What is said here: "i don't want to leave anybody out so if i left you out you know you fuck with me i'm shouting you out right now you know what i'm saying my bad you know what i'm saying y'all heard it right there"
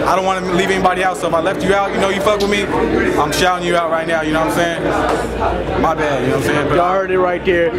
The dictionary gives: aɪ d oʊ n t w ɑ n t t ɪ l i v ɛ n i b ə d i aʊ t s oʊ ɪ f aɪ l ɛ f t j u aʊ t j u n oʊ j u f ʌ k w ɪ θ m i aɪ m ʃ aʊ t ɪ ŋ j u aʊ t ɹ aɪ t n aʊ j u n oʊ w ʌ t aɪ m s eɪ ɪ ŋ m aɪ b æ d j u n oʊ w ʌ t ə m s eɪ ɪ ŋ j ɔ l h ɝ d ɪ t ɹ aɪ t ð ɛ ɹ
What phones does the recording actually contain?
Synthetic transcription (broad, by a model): aɪ d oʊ n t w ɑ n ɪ l i v ɛ n i b ə d i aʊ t s oʊ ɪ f aɪ l ɛ f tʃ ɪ aʊ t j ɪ n oʊ j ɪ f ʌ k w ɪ m i aɪ m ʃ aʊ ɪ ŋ j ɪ aʊ t ɹ aɪ t n aʊ j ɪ n oʊ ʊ aɪ m s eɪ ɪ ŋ m aɪ b æ d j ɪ n oʊ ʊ ə m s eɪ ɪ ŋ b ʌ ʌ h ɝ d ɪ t ɹ aɪ t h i ɹ